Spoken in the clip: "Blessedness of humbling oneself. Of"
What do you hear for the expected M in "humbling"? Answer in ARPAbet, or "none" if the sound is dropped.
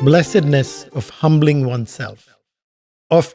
M